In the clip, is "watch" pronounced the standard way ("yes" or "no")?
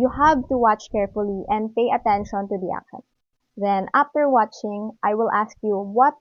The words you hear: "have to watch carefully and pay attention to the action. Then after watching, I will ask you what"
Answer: yes